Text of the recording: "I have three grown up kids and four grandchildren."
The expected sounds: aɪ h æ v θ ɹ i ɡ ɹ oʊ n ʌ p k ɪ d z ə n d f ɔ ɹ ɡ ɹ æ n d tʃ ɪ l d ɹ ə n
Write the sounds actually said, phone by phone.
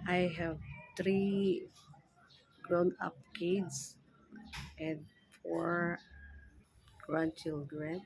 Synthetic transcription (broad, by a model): aɪ h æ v t ɹ i ɡ ɹ oʊ n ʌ p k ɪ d s ə n d f ɔ ɹ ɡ ɹ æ n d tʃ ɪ l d ɹ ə n